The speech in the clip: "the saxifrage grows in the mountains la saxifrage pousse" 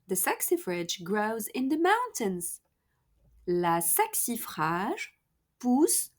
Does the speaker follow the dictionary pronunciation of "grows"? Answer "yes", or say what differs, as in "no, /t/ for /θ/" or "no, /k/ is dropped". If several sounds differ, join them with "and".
yes